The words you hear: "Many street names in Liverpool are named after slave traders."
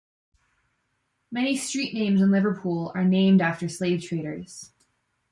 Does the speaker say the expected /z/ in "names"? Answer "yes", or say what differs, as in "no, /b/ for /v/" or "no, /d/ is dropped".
yes